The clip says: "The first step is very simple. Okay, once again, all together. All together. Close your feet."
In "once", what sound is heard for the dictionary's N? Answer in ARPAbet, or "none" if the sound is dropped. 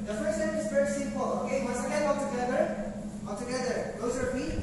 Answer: none